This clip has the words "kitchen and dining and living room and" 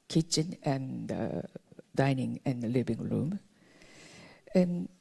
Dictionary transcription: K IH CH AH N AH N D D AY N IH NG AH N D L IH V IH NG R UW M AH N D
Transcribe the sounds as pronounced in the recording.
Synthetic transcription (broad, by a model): K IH CH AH N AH N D D AY N IH NG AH N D L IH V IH NG R UW M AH N